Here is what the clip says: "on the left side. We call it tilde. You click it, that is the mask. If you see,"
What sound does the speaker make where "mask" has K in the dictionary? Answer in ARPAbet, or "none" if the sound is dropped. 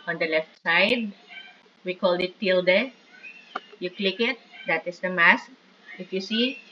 K